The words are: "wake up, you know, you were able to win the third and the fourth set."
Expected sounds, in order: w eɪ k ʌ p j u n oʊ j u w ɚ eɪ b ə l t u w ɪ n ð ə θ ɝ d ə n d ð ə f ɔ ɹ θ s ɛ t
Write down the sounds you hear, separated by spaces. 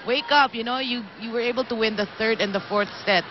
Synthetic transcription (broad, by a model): w eɪ k ʌ p j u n oʊ j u w ɚ eɪ b ə l t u w ɪ n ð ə θ ɝ d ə n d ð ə f ɔ ɹ θ s ɛ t